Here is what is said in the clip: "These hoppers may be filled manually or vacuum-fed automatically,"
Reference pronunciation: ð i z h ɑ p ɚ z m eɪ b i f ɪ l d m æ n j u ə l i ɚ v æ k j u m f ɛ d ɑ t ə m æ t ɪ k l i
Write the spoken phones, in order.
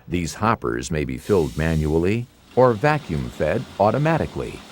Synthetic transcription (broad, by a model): ð i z h ɑ p ɚ z m eɪ b i f ɪ l d m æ n j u l i ɚ v æ k j u m f ɛ d ɑ t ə m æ t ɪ k l i